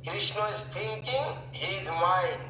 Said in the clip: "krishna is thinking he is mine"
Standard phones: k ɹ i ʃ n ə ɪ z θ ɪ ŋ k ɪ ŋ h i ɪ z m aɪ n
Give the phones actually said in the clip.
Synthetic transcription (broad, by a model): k ɹ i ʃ n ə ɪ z t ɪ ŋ k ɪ ŋ h i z m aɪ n